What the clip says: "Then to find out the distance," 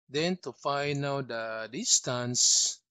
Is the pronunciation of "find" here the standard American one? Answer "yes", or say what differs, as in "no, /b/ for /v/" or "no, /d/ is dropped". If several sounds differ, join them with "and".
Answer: no, /d/ is dropped